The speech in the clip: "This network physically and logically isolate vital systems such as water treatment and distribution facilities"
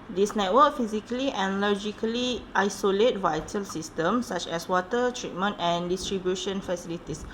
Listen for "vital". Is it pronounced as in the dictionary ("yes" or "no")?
yes